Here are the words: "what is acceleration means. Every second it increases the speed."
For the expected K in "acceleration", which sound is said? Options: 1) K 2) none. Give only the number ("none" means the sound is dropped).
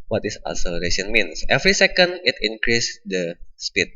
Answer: 2